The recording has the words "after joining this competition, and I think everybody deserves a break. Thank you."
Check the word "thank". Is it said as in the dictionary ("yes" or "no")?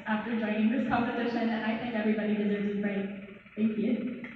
yes